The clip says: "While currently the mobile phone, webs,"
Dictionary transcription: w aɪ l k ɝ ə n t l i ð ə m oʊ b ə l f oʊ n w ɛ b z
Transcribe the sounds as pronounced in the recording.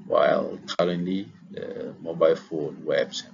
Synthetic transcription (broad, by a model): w aɪ l k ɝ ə n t l i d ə m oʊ b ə l f oʊ n w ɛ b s